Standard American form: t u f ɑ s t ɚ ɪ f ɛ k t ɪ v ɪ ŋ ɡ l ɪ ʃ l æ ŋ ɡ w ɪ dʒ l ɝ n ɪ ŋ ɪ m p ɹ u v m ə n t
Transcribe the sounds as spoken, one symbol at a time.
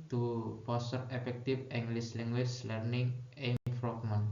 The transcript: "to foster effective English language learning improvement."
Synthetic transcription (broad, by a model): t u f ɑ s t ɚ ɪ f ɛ k t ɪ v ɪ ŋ ɡ l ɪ s l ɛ ŋ ɡ w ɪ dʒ l ɝ n ɪ ŋ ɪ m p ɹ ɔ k m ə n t